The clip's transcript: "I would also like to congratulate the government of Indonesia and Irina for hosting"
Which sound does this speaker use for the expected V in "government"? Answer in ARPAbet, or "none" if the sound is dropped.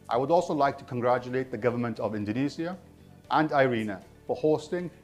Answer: V